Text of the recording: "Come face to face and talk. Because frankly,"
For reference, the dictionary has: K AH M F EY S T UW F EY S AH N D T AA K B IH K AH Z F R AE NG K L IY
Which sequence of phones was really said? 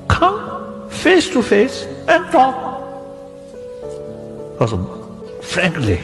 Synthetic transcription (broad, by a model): K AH M F EY S T UW F EY S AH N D T AA K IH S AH F R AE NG K L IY